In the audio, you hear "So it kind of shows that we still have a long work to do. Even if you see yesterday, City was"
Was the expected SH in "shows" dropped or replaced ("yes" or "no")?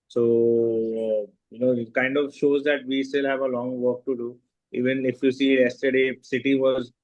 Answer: no